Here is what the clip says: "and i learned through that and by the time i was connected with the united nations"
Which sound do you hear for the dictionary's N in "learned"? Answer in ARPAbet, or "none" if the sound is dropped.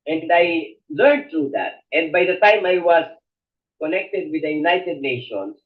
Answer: none